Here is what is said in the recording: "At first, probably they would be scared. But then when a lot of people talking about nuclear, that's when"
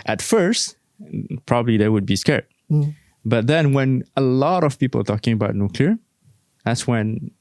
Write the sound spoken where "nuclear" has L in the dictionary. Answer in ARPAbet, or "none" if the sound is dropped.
L